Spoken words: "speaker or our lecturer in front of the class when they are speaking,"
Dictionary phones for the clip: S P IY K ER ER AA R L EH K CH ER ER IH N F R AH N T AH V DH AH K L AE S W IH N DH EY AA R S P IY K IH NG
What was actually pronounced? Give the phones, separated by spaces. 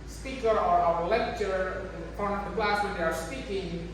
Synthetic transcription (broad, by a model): S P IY K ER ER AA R L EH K CH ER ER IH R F AH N AH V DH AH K L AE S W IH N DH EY AA R S P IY K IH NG